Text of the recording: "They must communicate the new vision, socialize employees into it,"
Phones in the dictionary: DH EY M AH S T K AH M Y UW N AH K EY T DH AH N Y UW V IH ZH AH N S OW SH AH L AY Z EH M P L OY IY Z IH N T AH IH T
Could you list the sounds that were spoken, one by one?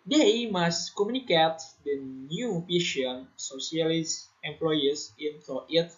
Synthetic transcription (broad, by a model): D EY M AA S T K AH M Y UW N AH K EY T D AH N Y UW P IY SH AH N S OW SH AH L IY S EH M P L OY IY S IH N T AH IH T